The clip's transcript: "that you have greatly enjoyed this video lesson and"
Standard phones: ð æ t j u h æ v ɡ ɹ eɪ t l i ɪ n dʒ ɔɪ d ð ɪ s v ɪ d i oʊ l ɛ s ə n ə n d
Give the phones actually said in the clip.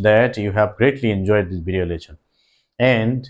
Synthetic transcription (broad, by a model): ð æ t j u h æ v ɡ ɹ eɪ t l i ɪ n dʒ ɔɪ d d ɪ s b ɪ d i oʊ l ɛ ʃ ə n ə n d